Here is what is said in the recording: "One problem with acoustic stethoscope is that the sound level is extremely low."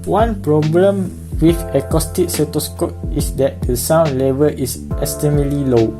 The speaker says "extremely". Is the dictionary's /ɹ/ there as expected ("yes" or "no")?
no